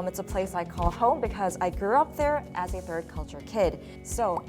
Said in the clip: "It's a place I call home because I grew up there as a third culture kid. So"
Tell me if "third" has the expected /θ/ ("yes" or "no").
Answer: yes